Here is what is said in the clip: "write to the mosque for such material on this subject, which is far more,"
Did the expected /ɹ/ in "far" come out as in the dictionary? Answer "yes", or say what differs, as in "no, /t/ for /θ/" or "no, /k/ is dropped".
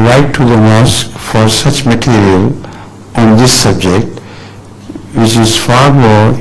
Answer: yes